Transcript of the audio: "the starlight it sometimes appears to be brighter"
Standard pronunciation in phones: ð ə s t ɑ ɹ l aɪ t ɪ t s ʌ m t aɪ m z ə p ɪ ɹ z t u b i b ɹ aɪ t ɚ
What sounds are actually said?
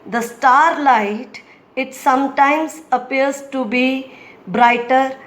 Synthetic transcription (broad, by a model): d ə s t ɑ ɹ l aɪ t ɪ t s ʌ m t aɪ m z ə p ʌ ɹ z t u b i b ɹ aɪ t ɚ